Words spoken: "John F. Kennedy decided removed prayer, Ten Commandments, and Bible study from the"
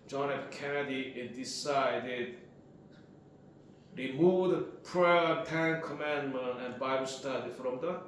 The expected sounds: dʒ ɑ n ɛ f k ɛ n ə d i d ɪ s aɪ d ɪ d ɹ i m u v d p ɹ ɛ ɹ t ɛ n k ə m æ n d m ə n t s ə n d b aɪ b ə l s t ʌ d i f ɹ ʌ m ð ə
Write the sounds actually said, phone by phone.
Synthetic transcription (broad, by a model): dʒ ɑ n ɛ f k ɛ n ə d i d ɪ s aɪ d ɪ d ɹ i m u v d p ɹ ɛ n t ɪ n k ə m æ n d m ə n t ə n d b aɪ b ə l s t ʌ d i f ɹ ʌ m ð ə